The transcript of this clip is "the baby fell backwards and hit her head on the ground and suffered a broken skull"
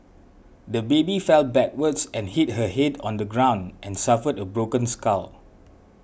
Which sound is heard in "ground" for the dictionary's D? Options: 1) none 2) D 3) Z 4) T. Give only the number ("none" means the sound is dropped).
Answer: 2